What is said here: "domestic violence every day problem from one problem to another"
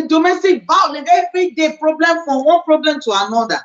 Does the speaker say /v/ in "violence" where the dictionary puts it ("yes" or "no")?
no